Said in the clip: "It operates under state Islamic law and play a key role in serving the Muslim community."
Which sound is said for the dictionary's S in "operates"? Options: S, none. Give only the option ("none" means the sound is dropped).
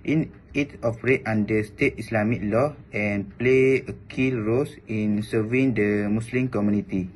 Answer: none